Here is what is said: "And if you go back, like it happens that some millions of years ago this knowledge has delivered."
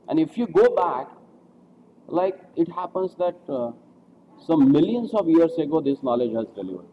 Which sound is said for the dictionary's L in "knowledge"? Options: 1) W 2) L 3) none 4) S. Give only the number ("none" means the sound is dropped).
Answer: 2